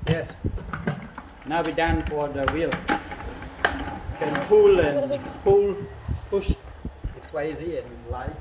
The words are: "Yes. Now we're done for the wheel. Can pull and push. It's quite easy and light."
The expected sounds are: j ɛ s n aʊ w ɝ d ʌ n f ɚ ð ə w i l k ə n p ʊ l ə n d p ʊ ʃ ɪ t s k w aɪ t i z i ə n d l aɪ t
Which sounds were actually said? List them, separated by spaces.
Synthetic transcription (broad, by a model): j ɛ s n aʊ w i d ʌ n f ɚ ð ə w i l k ə n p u l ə n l p ʊ ʃ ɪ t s k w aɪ ɪ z i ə n l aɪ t